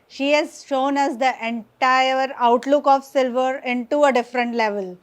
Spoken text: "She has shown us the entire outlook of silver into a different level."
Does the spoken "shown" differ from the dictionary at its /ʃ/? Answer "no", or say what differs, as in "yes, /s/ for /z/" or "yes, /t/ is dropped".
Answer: no